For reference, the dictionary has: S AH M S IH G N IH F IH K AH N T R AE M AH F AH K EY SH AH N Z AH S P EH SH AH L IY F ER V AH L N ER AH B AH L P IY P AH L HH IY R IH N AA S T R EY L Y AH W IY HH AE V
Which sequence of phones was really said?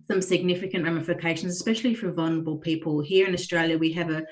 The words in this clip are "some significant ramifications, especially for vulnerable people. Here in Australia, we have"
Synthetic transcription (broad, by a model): S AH M S IH G N IH F IH K AH N T R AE M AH F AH K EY SH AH N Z AH S P EH SH AH L IY F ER V AH L N ER AH B AH L P IY P AH L HH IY R IH N AA S T R EY L Y AH W IY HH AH V